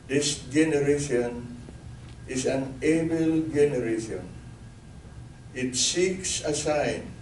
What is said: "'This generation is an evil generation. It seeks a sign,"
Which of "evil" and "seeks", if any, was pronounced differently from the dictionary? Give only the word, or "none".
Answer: evil